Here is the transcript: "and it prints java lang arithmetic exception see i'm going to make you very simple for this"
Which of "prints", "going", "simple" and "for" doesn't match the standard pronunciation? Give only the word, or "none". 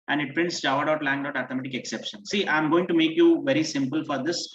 none